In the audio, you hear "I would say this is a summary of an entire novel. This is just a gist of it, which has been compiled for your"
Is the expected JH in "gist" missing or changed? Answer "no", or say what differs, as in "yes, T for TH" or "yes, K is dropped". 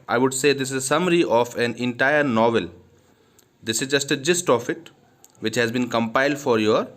no